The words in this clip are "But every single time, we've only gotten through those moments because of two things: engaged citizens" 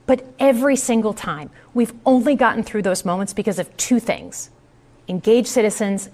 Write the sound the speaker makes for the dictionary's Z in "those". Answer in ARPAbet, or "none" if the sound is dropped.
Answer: Z